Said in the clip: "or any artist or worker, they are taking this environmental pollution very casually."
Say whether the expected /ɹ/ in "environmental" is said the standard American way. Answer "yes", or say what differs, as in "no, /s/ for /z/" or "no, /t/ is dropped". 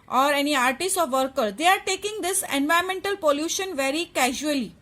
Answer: no, /ɹ/ is dropped